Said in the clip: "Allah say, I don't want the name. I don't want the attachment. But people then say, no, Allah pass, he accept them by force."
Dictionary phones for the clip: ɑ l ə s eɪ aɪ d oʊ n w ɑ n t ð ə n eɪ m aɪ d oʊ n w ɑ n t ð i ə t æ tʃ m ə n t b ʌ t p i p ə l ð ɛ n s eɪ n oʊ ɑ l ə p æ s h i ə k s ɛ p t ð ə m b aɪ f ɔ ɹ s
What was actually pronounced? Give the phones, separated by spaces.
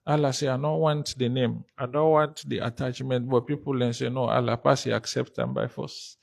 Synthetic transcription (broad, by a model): ɑ l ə s eɪ aɪ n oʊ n w ɑ n t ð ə n eɪ m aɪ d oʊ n w ɑ n t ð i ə t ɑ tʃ m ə n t b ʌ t p i p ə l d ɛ n s eɪ n oʊ ɑ l ə p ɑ s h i ə k s ɛ p t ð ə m b aɪ f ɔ s